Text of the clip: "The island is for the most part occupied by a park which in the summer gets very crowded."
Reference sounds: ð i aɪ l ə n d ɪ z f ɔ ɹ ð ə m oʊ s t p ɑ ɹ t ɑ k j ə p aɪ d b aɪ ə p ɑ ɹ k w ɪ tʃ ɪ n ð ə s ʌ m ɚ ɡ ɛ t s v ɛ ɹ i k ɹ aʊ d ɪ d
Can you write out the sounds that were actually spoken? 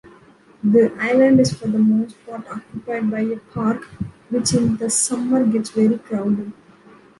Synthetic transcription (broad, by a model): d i aɪ l ə n d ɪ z f ɔ ɹ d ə m oʊ s t f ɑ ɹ t ɑ k j ə p aɪ d b aɪ ə p ɑ ɹ k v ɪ tʃ ɪ n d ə s ʌ m ɚ ɡ ɛ t s v ɛ ɹ i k ɹ aʊ d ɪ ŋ